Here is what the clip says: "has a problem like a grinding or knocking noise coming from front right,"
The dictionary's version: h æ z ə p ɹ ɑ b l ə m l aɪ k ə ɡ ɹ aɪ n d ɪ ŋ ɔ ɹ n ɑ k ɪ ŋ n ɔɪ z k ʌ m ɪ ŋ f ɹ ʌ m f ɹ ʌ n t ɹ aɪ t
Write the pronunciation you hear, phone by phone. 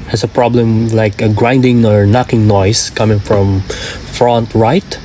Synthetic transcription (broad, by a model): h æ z ə p ɹ ɑ b l ə m l aɪ k ə ɡ ɹ aɪ n d ɪ ŋ ɔ ɹ n ɑ k ɪ ŋ n ɔɪ s k ʌ m ɪ ŋ f ɹ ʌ m f ɹ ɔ n t ɹ aɪ t